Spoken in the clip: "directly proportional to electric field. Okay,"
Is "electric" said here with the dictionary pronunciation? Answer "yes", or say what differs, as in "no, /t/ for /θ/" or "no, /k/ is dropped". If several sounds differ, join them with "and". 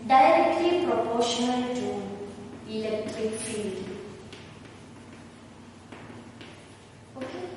yes